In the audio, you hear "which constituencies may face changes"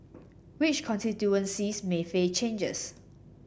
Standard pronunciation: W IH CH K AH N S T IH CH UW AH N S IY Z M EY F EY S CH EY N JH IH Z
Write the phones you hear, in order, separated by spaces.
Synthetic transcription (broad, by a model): W IH CH K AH N S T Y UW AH N S IY S M EY F EY CH EY N JH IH S